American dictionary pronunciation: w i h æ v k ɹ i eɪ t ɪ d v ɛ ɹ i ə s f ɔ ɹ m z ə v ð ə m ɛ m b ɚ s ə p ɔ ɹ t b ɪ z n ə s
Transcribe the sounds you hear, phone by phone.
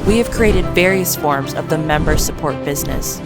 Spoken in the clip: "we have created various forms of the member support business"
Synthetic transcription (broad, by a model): w i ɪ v k ɹ i eɪ t ɪ d v ɛ ɹ i ə s f ɔ ɹ m z ə v ð ə m ɛ m b ɚ s ə p ɔ ɹ t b ɪ z n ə s